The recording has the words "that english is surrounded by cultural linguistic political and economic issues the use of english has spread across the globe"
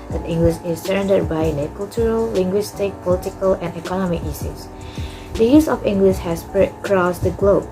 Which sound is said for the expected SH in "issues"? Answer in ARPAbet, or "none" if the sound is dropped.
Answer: S